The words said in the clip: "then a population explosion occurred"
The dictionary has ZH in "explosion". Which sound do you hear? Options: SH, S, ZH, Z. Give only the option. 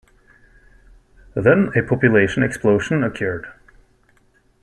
SH